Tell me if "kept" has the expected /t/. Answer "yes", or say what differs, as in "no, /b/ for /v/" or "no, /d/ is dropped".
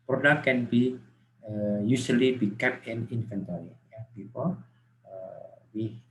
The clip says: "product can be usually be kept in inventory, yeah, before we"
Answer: no, /t/ is dropped